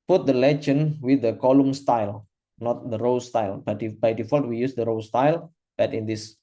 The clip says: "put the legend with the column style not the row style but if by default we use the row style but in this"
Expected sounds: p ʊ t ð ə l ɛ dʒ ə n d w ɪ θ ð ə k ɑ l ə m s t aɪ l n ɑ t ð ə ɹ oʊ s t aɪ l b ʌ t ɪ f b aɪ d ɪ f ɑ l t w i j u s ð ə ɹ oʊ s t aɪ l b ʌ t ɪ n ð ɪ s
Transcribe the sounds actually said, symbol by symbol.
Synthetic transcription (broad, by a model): p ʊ t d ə l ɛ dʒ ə n w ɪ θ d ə k ɑ l ə m s t aɪ l n ɑ t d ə ɹ oʊ s t aɪ l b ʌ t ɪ b aɪ d ɪ f ɑ l t w i j u s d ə ɹ oʊ s t aɪ l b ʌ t ɪ n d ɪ s